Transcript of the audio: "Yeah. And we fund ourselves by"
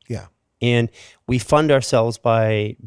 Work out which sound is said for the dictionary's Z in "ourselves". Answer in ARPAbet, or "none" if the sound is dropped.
Z